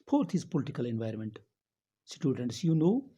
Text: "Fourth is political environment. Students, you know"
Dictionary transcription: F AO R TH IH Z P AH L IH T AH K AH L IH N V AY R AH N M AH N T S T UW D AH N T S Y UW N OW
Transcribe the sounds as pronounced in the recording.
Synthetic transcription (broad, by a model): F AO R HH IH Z P AH L IH T AH K AH L IH N V AY R AH N M AH N T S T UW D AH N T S Y UW N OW